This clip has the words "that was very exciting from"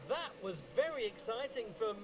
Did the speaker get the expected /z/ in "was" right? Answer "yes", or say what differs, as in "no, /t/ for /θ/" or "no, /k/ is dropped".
yes